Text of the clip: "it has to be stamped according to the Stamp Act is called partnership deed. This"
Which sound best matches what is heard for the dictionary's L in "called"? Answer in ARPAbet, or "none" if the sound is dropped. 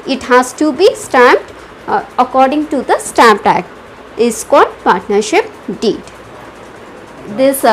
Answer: none